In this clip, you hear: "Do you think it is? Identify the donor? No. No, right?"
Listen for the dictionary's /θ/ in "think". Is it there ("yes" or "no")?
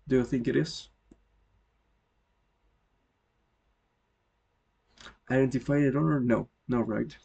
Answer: yes